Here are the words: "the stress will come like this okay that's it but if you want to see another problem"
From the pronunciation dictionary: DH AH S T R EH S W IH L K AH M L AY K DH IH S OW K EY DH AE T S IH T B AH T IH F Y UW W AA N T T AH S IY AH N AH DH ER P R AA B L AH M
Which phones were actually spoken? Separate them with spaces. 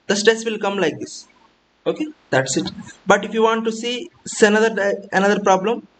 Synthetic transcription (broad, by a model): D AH S T EH S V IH L K AH M L AY K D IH S OW K EY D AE T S IH T B AH T IH F Y UW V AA N T S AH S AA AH N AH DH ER P R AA B L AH M